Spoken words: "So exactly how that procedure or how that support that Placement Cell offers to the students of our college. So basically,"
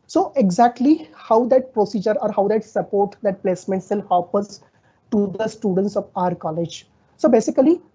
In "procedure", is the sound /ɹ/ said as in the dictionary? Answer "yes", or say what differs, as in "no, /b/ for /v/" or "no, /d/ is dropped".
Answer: yes